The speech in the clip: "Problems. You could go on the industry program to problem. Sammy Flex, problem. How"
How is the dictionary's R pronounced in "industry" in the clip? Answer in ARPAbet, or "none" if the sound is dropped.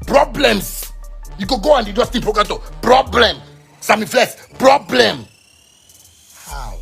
none